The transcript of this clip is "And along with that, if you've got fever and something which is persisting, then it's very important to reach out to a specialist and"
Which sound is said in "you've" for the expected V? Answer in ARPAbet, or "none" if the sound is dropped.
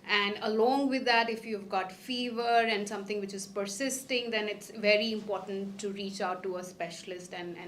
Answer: V